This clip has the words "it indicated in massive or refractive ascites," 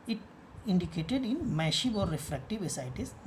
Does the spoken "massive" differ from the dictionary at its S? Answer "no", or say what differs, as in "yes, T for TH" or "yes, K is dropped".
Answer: yes, SH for S